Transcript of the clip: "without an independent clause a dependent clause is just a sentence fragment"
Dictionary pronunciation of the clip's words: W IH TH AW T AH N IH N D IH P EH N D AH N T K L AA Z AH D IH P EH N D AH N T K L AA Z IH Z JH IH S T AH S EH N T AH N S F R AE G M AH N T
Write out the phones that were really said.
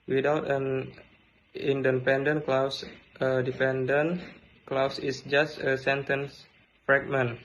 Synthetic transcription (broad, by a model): W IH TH AW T AH N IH N D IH P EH N D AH N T K L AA S AH D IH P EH N D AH N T K L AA S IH S JH IH S T AH S EH N T AH N S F R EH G M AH N